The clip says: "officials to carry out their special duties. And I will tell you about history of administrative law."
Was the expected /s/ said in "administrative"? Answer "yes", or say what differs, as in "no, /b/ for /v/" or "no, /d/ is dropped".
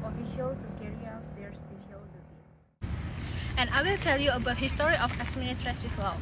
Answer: no, /s/ is dropped